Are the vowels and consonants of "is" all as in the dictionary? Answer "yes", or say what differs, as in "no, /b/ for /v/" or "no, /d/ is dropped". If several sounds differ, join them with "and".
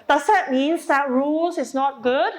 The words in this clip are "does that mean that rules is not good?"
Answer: no, /s/ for /z/